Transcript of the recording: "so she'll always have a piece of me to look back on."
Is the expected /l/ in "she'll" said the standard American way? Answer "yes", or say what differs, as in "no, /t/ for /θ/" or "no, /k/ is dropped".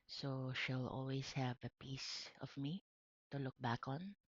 yes